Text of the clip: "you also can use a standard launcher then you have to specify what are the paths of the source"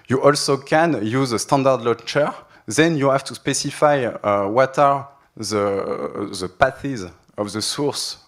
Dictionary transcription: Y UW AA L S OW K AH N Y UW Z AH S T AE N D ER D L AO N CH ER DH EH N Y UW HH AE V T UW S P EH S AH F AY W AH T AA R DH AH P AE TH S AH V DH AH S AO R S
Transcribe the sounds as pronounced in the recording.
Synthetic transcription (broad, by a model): Y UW AA L S OW K AH N Y UW Z AH S T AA N D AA D L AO CH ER DH EH N Y UW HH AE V T UW S P EH S AH F AY W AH T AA R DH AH P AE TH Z AH V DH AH S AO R S